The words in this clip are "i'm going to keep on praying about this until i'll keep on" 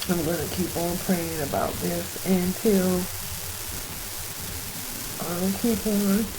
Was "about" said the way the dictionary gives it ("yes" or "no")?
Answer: yes